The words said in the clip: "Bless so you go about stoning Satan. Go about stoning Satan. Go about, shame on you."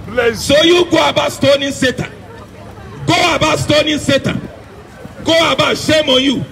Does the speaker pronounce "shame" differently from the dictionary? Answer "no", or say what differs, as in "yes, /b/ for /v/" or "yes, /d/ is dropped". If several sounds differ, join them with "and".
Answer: no